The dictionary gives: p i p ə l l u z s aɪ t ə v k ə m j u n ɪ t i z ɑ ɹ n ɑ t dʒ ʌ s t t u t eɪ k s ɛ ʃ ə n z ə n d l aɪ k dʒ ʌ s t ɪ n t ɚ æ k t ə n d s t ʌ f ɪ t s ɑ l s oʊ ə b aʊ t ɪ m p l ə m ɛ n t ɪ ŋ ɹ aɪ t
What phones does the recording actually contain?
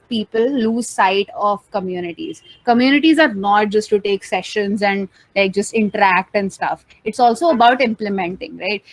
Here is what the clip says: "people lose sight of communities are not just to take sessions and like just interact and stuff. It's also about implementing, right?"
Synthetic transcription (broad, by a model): p i p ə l l u z s aɪ t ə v k ə m j u n ɪ t i z ɑ ɹ n ɑ t dʒ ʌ s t t u t eɪ k s ɛ ʃ ə n z ə n d l aɪ k dʒ ʌ s t ɪ n t ɚ æ k t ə n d s t ʌ f ɪ t s ɑ l s oʊ ə b aʊ t ɪ m p l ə m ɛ n t ɪ ŋ ɹ aɪ t